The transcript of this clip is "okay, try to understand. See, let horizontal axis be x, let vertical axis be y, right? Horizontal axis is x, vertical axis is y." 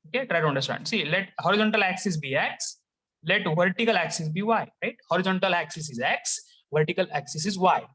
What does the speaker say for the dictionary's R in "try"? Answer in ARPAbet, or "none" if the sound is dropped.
R